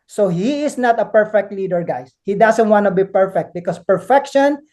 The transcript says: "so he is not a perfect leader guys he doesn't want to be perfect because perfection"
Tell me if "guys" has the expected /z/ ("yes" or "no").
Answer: no